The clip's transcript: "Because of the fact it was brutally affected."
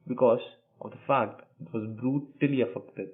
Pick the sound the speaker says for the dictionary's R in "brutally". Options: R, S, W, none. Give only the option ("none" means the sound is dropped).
R